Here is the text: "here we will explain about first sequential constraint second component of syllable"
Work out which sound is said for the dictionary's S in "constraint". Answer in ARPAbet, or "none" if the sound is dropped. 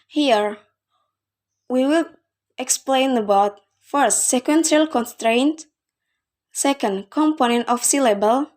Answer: S